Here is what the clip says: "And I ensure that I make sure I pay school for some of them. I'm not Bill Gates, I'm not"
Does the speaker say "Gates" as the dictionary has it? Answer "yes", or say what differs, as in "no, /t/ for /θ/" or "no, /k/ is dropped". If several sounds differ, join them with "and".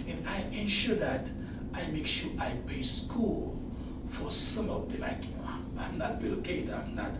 no, /s/ is dropped